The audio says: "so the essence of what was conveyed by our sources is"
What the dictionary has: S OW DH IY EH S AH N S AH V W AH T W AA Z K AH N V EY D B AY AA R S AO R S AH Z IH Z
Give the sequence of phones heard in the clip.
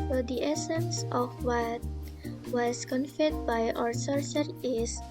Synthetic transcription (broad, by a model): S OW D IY EH S AH N S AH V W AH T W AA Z K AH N F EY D B AY AA R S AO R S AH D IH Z